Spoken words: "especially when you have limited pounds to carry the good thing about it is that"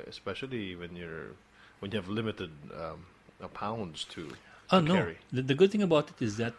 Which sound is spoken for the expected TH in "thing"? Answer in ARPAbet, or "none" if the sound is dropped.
TH